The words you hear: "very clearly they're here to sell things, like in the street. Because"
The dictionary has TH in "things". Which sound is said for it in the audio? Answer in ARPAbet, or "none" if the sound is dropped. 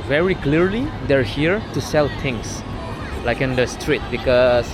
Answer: T